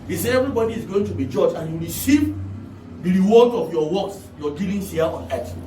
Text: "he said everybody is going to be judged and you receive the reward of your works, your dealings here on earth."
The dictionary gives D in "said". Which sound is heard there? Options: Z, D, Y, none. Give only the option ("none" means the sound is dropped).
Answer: none